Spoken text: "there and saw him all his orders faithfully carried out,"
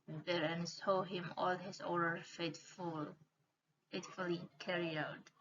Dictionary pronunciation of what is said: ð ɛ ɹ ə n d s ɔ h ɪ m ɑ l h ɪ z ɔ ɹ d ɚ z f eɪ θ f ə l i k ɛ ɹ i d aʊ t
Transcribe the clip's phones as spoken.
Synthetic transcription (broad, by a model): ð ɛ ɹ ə n s ɔ h ɪ m ɑ l h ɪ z ɔ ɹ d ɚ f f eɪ t f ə l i k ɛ ɹ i aʊ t